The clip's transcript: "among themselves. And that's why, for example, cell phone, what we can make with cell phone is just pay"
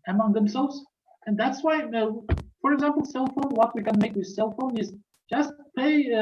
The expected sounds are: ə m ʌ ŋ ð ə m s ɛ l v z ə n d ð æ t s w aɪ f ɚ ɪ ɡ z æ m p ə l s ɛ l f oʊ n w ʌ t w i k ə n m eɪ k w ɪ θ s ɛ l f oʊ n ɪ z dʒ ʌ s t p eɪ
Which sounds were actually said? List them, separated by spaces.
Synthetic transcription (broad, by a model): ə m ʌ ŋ ð ə m s ɛ l v z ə n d ð æ t s w aɪ f ɚ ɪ ɡ z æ m p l s ɛ l f oʊ n w ʌ t w i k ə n m eɪ k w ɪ s ɛ l f oʊ n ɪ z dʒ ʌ s t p eɪ